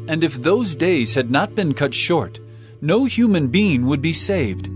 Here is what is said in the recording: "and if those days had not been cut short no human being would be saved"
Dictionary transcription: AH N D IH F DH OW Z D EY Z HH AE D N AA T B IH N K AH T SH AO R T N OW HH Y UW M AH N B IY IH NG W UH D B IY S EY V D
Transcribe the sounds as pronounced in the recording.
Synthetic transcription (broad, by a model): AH N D IH F DH OW Z D EY Z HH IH D N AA T B IH N K AH T SH AO R T N OW HH Y UW M AH N B IY IH NG W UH D B IY S EY V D